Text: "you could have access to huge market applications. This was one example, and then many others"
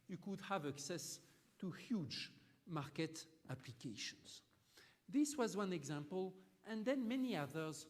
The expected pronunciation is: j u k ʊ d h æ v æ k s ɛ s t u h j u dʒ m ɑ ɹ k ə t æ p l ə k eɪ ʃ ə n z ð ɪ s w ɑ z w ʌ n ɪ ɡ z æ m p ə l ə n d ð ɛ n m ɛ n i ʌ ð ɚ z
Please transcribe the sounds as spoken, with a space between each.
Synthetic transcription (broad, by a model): j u k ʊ d h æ v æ k s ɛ s t u h j u dʒ m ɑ ɹ k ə t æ p l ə k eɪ ʃ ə n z ð ɪ s w ɑ z w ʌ n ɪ ɡ z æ m p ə l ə n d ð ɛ n m ɛ n i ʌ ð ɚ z